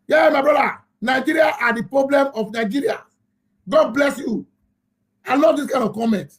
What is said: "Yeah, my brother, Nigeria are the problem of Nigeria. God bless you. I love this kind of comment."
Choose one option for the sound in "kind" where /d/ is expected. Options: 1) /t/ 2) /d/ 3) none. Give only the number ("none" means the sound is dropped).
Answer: 3